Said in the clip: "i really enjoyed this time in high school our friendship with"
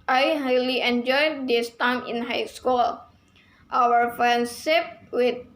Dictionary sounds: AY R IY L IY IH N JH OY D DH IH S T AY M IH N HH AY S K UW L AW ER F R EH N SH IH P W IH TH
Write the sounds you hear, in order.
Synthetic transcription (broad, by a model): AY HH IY L IY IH N JH OY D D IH S T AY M IH N HH AY S K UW L AW ER F R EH N S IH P W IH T